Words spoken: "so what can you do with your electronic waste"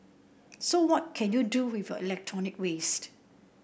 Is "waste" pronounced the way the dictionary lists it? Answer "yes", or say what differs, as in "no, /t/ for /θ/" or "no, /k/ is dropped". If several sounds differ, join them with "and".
yes